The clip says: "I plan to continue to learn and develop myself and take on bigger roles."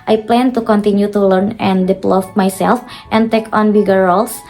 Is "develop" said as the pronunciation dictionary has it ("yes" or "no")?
no